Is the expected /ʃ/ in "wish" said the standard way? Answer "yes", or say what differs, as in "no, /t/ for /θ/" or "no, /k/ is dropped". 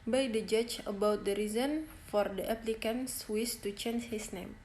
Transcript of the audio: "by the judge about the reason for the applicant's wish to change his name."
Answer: no, /s/ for /ʃ/